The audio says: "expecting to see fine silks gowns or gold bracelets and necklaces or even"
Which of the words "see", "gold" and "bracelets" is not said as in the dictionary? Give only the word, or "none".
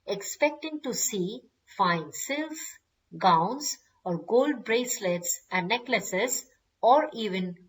none